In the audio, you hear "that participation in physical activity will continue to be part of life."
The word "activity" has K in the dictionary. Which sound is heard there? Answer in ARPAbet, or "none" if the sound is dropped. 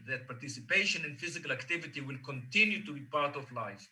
K